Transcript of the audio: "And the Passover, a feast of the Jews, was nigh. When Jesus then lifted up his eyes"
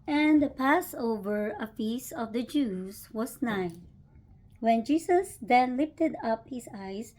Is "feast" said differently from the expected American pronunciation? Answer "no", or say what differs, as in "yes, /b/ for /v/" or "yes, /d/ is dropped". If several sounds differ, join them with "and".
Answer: yes, /t/ is dropped